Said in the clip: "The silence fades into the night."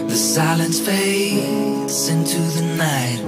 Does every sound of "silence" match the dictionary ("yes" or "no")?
yes